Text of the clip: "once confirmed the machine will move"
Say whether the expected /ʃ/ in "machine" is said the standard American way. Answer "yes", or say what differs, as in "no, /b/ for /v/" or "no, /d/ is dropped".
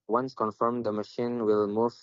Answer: yes